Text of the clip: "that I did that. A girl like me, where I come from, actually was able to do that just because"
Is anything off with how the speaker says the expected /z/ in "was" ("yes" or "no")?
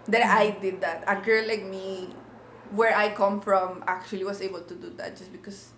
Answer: yes